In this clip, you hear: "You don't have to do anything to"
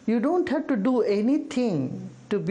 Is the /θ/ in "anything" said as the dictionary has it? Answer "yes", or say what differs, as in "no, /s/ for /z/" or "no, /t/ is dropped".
no, /t/ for /θ/